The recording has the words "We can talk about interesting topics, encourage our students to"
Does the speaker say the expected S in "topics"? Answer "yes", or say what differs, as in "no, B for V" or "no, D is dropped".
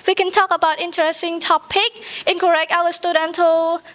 no, S is dropped